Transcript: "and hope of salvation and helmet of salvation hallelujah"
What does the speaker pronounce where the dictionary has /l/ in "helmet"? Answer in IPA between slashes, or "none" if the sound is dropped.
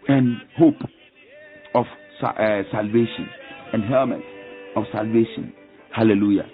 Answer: none